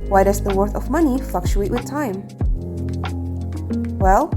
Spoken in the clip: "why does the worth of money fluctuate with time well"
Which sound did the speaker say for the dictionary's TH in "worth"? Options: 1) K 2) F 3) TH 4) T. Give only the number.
3